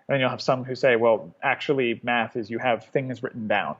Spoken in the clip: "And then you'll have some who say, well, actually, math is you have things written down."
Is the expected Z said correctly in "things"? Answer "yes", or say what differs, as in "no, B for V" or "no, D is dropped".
yes